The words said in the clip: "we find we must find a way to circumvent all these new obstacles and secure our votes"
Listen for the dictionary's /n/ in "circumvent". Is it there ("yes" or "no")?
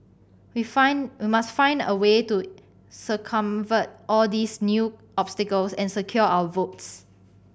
no